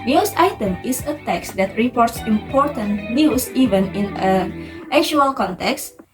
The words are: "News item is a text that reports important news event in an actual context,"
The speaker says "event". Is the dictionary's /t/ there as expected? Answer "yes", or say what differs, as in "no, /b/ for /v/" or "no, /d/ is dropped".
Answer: no, /t/ is dropped